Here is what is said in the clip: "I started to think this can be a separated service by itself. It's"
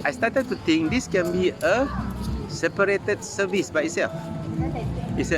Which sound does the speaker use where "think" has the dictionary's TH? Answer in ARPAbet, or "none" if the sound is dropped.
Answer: T